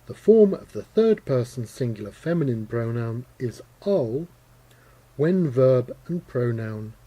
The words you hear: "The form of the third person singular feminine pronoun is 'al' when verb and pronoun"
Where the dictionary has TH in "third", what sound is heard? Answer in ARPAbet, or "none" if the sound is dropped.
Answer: TH